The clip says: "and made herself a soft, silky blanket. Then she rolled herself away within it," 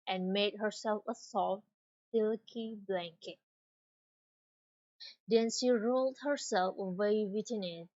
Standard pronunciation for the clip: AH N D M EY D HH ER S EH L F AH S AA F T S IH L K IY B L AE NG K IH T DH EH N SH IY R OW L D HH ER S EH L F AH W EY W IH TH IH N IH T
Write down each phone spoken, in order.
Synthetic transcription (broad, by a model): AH N M EY D HH ER S EH L F AH S AA F T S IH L K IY B L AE NG K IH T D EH N SH IY R OW L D HH ER S EH L F AH W EY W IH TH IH N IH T